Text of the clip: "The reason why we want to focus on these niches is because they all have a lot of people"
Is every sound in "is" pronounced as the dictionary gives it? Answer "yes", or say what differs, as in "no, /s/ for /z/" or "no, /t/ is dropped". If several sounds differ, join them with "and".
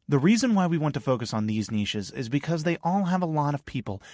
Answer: yes